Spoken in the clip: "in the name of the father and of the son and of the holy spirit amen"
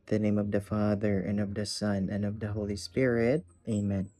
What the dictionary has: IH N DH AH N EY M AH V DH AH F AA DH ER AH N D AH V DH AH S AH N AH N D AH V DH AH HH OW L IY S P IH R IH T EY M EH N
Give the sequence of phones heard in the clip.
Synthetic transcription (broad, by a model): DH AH N EY M AH V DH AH F AA DH ER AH N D AH V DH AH S AH N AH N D AH V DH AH HH OW L IY S P IH R IH T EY M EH N